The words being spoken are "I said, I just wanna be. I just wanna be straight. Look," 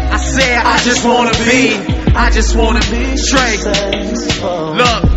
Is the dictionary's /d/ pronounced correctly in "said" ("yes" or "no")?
no